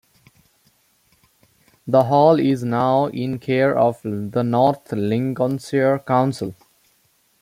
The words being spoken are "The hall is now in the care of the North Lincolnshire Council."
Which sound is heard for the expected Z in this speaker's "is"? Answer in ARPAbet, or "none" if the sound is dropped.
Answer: Z